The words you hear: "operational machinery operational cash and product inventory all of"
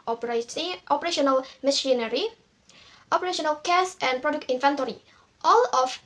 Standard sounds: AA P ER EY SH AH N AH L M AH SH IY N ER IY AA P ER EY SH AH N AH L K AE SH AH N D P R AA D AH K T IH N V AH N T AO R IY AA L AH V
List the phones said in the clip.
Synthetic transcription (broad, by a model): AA P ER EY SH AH N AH L M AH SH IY N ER IY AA P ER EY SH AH N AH L K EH S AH N P R AA D AH K T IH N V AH N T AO R IY AA L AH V